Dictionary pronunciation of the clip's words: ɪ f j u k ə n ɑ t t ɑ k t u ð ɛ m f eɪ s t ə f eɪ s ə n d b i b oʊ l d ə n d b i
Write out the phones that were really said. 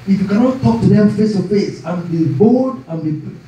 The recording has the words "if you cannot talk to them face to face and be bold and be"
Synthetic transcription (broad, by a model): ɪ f j u k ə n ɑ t t ɑ k t u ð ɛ f eɪ s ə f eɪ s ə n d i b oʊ d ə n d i